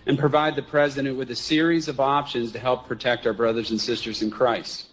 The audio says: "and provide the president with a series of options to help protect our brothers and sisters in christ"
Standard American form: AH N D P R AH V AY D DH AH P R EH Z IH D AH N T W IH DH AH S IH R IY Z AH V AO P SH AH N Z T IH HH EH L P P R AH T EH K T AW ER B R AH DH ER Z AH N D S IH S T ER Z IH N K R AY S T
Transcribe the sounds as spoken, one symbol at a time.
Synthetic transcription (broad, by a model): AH N P R AH V AY D DH AH P R EH Z IH D AH N T W IH DH AH S IH R IY Z AH V AO P SH AH N Z T IH HH EH L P P R AH T EH K T AW ER B R AH DH ER Z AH N S IH S T ER Z IH N K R AY S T